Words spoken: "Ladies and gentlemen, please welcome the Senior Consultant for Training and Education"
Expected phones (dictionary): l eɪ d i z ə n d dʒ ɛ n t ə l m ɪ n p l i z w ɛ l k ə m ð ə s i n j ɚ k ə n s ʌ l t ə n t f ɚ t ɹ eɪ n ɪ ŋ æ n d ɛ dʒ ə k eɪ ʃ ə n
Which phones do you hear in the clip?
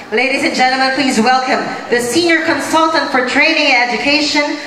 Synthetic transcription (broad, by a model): l eɪ d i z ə n dʒ ɛ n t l m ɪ n p l i z w ɛ l k ə m ð ə s i n j ɚ k ə n s ʌ l t ə n t f ɚ t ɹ eɪ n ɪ ŋ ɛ dʒ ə k eɪ ʃ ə n